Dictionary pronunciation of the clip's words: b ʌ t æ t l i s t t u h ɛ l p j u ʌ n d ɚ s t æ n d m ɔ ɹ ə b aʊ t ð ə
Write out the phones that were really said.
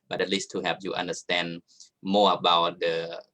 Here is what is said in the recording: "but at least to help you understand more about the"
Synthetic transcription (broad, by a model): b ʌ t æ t l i s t t u h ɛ p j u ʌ n d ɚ s t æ n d m ɔ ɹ ə b aʊ t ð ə